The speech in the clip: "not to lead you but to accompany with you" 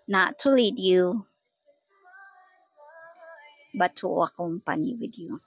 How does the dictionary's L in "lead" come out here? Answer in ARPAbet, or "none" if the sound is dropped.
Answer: L